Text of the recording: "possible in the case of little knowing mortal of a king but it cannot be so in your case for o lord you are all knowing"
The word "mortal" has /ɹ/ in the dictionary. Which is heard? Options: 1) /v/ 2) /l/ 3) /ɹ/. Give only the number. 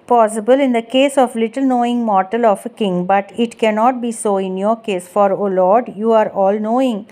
3